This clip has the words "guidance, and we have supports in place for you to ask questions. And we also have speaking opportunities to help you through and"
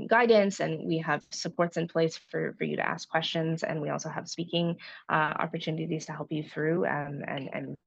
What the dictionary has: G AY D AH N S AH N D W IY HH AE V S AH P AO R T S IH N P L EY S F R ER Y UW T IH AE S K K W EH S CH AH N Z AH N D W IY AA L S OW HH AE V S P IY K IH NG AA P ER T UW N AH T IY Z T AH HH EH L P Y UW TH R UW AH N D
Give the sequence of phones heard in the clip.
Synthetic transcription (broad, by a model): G AY D N S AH N W IY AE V S AH P AO R T S IH N P L EY S F R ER Y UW T IH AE S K K W EH S CH AH N Z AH N W IY AA L S OW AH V S P IY K IH NG AA P ER T UW N AH T IY Z T AH HH EH L P Y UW TH R UW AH N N